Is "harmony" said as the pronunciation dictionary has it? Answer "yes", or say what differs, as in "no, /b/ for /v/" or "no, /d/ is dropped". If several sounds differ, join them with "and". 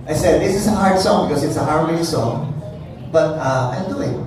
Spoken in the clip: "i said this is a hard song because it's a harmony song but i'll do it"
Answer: no, /n/ is dropped